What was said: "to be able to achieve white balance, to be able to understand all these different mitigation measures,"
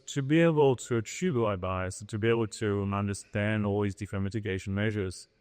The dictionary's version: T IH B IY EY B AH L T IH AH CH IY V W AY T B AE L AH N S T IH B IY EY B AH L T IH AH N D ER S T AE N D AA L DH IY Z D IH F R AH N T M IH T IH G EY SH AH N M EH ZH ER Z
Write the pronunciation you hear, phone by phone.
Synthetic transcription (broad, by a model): T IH B IY EY B AH L T IH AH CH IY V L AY B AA AH S T IH B IY EY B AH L T IH AH N D ER S T AE N D AA L DH IY Z D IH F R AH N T M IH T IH G EY SH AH N M EH ZH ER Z